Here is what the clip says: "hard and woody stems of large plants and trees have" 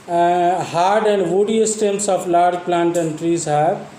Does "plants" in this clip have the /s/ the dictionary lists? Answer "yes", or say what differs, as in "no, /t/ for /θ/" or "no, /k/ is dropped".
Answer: no, /s/ is dropped